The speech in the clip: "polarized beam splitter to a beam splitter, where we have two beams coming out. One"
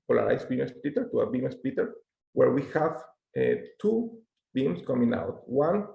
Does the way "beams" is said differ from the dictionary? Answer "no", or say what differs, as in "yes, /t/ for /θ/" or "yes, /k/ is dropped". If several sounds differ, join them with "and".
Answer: yes, /s/ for /z/